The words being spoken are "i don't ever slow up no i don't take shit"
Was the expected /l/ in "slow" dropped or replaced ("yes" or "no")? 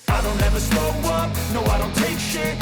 yes